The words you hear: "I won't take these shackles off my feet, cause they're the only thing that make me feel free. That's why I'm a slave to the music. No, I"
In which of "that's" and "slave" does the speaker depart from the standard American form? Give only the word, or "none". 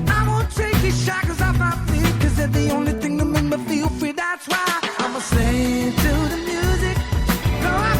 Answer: slave